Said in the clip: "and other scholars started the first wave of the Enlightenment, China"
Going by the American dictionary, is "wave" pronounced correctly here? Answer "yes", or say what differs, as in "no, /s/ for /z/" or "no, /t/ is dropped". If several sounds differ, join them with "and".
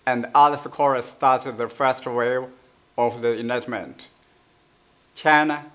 no, /v/ is dropped